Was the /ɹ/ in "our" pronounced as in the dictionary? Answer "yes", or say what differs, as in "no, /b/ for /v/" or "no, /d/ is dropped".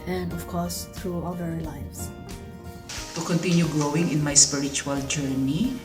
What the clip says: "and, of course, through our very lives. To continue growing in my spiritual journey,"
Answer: no, /l/ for /ɹ/